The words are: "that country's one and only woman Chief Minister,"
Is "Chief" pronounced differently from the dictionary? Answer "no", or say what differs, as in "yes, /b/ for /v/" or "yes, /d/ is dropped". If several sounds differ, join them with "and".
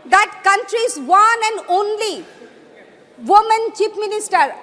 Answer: yes, /p/ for /f/